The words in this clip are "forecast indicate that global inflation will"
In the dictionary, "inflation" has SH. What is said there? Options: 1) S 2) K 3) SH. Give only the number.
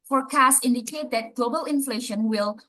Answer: 3